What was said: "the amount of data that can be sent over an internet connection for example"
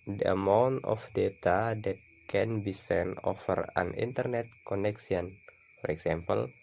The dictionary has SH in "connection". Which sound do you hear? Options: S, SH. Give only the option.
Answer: S